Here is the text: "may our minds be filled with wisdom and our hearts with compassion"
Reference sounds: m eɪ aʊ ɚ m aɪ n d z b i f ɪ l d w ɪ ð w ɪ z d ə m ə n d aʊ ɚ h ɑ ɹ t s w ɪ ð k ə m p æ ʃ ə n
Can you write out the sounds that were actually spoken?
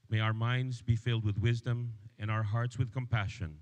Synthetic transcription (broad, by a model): m eɪ aʊ ɚ m aɪ n d z b i f ɪ l d w ɪ ð w ɪ z d ə m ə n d aʊ ɚ h ɑ ɹ t s w ɪ ð k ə m p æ ʃ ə n